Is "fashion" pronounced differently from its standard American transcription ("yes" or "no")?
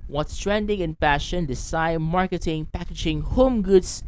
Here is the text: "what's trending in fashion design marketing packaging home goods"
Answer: yes